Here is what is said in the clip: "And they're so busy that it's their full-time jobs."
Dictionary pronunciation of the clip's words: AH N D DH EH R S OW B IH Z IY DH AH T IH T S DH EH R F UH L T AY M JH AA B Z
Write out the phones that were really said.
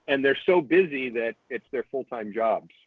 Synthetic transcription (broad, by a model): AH N DH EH R S OW B IH Z IY DH AH T IH T S DH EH R F UH L T AY M JH AA B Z